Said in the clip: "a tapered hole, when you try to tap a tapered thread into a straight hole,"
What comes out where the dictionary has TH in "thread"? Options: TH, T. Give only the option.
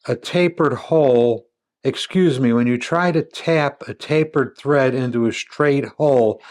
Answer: TH